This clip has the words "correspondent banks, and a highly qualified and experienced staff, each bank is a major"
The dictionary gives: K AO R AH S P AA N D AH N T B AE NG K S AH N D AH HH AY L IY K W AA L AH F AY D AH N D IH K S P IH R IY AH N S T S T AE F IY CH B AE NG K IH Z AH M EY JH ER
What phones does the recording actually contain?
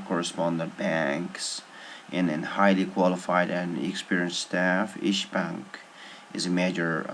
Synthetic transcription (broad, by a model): K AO R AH S P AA N D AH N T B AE NG K S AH N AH HH AY L IY K W AA L AH F AY D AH N IH K S P IH R IY AH N S T S T AE F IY SH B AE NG K IH Z AH M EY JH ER